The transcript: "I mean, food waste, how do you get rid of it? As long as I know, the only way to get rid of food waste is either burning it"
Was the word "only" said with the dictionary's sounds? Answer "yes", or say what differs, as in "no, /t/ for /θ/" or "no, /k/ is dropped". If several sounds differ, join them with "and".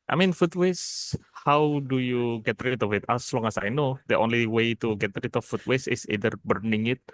yes